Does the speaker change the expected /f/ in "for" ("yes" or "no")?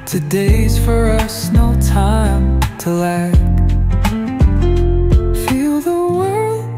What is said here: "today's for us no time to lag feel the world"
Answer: no